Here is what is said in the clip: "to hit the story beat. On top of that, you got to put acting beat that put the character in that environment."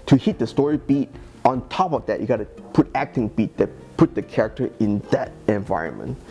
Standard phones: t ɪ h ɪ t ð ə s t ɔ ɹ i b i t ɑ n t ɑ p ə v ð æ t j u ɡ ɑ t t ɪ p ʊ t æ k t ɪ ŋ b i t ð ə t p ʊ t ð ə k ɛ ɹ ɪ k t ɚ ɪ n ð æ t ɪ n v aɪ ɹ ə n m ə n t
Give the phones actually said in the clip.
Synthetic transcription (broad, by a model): t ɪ h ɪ t ð ə s t ɔ ɹ i b i t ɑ n t ɑ p ə v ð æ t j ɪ ɡ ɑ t t ɪ p ʊ t æ k t ɪ ŋ b i t ð ə t p ʊ t ð ə k ɛ ɹ ɪ k t ɚ ɪ n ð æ t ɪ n v aɪ ɹ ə n m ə n t